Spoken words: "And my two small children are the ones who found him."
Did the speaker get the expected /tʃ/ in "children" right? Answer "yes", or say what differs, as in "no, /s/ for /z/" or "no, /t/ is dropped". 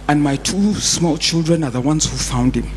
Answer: yes